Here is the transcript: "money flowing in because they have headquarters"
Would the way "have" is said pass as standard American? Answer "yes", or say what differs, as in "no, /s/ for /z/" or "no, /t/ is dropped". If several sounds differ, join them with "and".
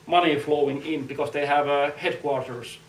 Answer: yes